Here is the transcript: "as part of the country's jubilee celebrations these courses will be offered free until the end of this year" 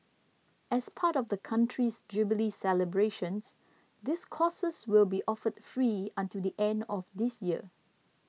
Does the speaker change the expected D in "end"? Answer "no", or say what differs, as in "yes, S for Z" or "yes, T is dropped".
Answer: no